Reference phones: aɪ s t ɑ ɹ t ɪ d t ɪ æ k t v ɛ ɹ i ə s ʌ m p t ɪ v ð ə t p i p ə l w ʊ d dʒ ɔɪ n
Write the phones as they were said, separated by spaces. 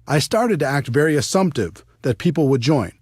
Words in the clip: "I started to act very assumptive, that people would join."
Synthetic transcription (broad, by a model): aɪ s t ɑ ɹ t ɪ d t ɪ æ k t v ɛ ɹ i ə s ʌ m p t ɪ v ð ə t p i p l w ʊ d dʒ ɔɪ n